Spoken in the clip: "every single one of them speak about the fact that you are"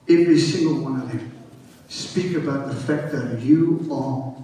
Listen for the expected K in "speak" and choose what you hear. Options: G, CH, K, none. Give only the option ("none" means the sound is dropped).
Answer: K